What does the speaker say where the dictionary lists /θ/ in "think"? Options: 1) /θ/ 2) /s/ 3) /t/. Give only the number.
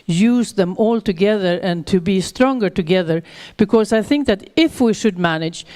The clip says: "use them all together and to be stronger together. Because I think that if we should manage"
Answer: 1